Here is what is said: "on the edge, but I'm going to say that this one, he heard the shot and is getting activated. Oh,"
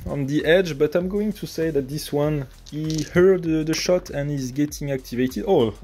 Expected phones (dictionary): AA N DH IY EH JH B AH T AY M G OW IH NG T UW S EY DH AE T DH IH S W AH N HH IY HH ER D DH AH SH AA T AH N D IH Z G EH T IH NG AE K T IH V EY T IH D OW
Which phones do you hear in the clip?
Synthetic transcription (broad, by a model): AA N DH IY EH JH B AH T AY M G OW IH NG T UW S EY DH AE T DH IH S W AH N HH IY HH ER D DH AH SH AA T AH N IH Z G EH T IH NG AE K T IH V EY T IH D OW